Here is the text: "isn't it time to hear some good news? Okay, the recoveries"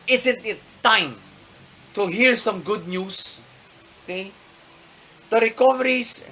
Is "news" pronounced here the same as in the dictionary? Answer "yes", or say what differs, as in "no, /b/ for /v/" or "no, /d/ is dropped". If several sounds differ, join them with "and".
no, /s/ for /z/